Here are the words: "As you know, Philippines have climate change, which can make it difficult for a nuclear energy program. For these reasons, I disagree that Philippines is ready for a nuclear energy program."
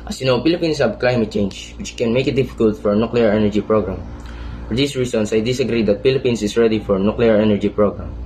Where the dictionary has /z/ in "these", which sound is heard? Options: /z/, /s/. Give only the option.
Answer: /s/